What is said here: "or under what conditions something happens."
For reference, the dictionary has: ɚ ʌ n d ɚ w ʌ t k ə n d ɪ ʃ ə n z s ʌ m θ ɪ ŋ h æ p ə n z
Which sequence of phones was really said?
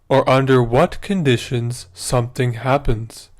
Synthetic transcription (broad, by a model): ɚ ʌ n d ɚ w ʌ t k ə n d ɪ ʃ ə n z s ʌ m θ ɪ ŋ h æ p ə n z